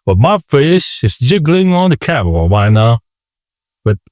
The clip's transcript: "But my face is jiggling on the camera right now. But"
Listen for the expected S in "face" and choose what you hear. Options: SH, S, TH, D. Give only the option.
SH